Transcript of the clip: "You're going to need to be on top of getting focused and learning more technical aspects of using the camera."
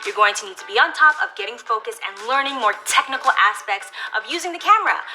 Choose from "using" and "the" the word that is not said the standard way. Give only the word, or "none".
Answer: none